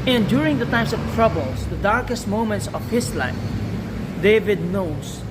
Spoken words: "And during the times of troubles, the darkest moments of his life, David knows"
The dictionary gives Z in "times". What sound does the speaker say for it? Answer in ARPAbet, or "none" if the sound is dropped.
S